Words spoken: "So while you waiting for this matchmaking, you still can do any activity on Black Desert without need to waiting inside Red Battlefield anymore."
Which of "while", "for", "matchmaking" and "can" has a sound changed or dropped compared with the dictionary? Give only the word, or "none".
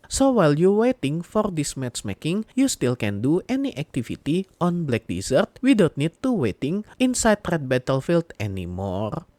matchmaking